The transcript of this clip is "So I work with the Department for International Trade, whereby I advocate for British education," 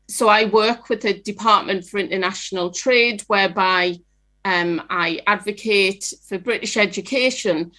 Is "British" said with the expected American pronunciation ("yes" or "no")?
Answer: yes